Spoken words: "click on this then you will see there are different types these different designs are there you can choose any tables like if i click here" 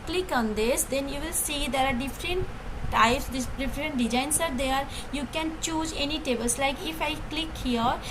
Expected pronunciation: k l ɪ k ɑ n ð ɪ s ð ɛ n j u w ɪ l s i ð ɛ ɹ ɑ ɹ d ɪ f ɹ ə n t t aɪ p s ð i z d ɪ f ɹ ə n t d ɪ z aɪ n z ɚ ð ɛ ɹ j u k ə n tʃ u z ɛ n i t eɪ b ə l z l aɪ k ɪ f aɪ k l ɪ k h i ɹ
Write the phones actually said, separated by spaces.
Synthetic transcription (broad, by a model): k l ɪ k ɑ n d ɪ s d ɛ n j u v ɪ l s i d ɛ ɹ ɑ ɹ d ɪ f ɹ ə n t t aɪ p s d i d ɪ f ɹ ə n t d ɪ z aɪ n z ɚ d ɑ ɹ j u k ə n tʃ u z ɛ n i t eɪ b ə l s l aɪ k ɪ f aɪ k l ɪ k h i ɹ